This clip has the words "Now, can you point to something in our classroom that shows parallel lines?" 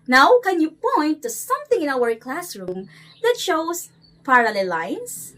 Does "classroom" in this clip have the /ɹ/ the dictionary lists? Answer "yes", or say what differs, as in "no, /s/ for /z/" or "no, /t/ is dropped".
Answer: yes